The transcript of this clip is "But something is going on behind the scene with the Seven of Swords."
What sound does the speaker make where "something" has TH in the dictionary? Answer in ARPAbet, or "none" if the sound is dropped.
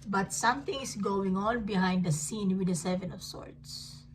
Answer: T